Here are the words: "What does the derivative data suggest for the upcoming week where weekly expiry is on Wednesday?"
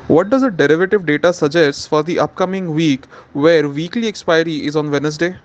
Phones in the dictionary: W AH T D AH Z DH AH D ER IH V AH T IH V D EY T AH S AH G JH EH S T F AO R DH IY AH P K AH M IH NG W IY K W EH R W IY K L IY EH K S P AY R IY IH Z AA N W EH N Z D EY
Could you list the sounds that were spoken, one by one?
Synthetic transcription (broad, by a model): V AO T D AH Z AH D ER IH V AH T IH V D EY T AH S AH JH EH S T F AO R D IY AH P K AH M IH NG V IY K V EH R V IY K L IY EH K S P AY R IY IH Z AA N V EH N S D EY